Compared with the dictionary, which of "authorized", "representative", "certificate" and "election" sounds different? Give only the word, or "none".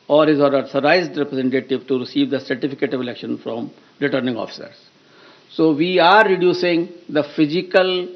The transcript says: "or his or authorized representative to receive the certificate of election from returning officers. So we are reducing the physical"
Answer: authorized